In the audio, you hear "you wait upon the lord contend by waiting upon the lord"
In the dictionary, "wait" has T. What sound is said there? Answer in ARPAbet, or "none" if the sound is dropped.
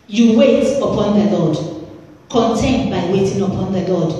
T